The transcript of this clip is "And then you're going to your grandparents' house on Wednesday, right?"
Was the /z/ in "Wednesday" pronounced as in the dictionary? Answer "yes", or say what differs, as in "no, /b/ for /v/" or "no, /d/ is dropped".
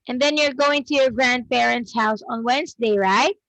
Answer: yes